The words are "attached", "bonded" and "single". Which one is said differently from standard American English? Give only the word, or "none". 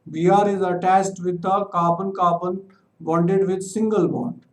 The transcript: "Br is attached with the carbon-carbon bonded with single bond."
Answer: attached